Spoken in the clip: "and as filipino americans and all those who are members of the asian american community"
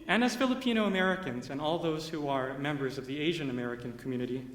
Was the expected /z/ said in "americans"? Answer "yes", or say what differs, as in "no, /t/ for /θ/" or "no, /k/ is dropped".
yes